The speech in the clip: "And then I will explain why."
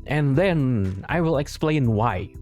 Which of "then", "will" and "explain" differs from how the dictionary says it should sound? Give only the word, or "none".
none